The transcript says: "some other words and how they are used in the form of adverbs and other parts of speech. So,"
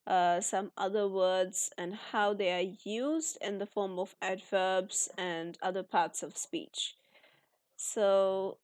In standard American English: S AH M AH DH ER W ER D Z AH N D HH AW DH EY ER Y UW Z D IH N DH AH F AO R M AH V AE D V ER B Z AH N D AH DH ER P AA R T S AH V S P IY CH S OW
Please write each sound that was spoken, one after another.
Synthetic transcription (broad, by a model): S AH M AH DH ER W ER D Z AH N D HH AW DH EY ER Y UW Z D IH N DH AH F AO R M AH V AE D V ER B Z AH N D AH DH ER P AA R T S AH V S P IY CH S OW